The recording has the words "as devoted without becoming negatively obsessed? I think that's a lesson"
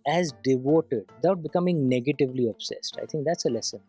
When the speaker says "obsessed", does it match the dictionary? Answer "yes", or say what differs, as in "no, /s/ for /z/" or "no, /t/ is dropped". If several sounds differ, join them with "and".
yes